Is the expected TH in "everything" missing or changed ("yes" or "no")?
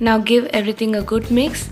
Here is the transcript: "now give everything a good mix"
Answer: yes